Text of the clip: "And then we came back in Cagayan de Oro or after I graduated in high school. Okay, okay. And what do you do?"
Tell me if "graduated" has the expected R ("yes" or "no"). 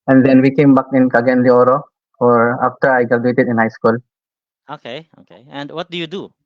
no